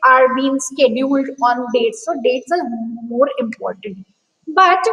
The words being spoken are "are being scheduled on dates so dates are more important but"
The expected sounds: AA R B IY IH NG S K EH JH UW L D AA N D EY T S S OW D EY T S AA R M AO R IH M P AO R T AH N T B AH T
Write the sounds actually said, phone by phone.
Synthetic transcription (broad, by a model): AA R B IY IH NG S K EH JH UW L D AA N D EY T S S OW D EY T S AA R M AO R IH M P AO R T AH N T B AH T